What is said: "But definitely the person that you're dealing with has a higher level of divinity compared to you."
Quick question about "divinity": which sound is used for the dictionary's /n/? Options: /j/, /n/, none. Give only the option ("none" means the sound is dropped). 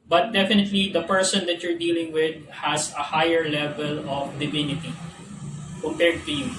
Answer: /n/